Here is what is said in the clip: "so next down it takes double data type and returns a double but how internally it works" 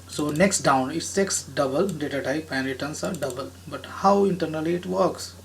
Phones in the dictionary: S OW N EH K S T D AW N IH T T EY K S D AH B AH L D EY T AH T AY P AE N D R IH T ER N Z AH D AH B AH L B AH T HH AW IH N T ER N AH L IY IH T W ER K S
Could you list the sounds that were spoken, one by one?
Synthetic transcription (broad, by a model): S OW N EH K S T D AW N IH T S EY K S D AH B AH L D EY T AH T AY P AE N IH T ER N S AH D AH B AH L B AH T HH AW IH N T ER N AH L IY IH T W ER K S